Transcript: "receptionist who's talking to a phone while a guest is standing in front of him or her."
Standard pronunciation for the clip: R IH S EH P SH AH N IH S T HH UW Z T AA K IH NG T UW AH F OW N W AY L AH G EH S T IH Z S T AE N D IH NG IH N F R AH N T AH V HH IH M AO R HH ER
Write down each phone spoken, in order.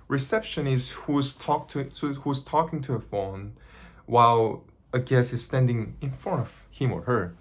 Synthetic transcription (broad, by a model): R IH S EH P SH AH N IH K T HH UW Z T AA K IH NG T UW AH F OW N W AY L AH G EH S IH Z S T AE N D IH NG IH N F AO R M AH V HH IH M AO R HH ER